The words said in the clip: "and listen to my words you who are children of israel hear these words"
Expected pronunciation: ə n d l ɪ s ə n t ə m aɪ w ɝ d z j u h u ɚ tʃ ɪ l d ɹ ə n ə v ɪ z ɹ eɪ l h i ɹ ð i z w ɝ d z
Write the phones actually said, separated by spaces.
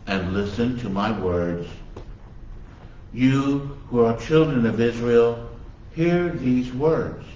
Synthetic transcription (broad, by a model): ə n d l ɪ s ə n t ə m aɪ w ɝ d z j u h u ɚ tʃ ɪ l d ɹ ə n ə v ɪ z ɹ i l h i ɹ ð i z w ɝ d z